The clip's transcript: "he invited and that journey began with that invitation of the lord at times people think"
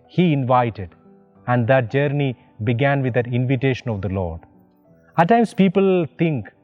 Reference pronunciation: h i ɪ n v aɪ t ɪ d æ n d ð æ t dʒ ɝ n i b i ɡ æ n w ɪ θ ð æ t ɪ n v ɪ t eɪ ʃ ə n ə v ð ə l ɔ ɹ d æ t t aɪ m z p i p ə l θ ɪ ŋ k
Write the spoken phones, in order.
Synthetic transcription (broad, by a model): h i ɪ n v aɪ t ɪ d æ n d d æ t dʒ ɝ n i b i ɡ æ n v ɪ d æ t ɪ n v ɪ t eɪ ʃ ə n ə v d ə l ɔ ɹ d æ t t aɪ m s p i p ə l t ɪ ŋ k